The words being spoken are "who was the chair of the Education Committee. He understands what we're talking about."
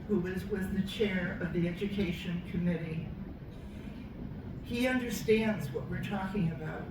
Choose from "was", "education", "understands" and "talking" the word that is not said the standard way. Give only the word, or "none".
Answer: none